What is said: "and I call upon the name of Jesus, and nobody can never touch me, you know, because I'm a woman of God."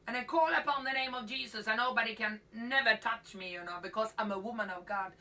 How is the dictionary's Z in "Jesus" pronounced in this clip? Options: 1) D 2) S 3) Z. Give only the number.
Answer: 3